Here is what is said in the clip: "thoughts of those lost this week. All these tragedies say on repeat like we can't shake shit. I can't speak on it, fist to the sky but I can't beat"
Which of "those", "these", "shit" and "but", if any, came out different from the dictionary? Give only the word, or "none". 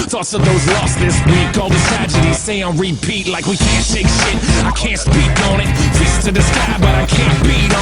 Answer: these